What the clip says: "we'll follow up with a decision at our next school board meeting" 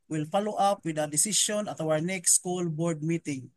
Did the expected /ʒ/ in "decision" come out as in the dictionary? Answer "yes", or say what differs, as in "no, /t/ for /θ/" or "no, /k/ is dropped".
no, /s/ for /ʒ/